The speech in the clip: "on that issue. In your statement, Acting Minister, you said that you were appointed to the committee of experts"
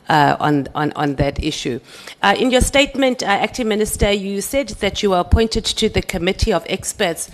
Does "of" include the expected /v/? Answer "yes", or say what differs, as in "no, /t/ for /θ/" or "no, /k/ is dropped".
yes